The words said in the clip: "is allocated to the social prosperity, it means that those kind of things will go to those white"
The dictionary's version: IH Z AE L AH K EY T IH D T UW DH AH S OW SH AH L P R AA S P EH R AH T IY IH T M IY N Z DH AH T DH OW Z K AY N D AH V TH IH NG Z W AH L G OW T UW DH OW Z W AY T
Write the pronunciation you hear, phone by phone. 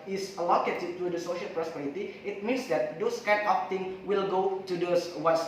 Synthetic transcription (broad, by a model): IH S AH L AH K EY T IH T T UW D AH S OW SH AH L P R AA S P EH R AH T IY IH T M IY N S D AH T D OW S K AY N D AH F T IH NG W AH L G OW T UW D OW S W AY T